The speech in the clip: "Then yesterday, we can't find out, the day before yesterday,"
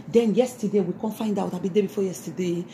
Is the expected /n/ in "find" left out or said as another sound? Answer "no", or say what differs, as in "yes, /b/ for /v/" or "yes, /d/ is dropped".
no